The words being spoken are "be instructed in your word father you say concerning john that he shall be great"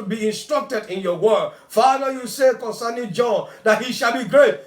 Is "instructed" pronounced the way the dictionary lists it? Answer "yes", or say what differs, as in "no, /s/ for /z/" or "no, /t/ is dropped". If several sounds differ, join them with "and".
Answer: yes